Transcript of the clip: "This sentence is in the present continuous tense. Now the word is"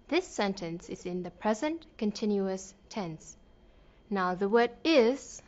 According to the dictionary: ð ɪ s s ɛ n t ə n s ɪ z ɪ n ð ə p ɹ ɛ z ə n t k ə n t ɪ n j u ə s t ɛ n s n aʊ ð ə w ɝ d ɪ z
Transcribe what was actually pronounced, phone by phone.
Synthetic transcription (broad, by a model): ð ɪ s s ɛ n t ə n s ɪ z ɪ n ð ə p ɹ ɛ z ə n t k ə n t ɪ n j u ə s t ɛ n s n aʊ ð ə w ɝ d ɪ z